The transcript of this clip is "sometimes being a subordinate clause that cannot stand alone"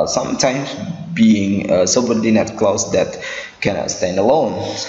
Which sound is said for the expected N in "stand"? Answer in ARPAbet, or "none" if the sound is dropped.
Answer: N